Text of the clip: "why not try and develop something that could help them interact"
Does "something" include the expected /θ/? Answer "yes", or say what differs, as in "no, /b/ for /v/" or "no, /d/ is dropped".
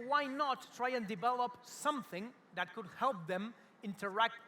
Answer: yes